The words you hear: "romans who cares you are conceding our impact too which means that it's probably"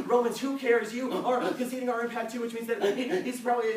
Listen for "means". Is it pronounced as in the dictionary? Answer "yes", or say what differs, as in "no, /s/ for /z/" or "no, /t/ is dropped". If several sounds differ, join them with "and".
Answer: yes